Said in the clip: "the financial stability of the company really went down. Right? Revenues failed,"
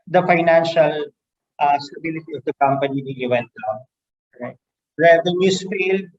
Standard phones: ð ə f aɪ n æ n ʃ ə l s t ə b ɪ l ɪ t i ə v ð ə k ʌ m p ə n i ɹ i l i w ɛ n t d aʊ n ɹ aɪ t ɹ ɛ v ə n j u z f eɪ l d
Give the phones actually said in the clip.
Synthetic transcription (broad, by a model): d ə f aɪ n æ n ʃ ə l s t ə b ɪ l ɪ t i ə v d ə k ʌ m p ə n i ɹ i i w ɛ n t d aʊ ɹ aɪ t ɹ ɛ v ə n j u s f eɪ l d